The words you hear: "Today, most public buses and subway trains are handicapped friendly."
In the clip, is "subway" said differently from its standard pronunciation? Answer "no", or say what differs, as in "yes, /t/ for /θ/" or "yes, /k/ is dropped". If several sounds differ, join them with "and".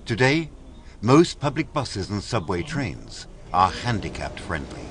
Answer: no